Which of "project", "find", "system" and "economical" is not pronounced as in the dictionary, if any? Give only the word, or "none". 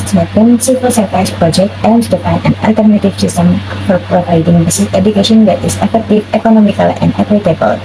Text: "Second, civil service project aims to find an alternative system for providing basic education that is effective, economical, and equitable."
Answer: find